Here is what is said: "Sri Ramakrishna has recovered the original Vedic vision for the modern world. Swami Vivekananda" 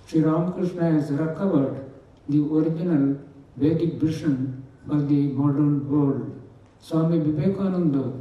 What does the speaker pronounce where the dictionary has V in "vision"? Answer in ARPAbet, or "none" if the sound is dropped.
B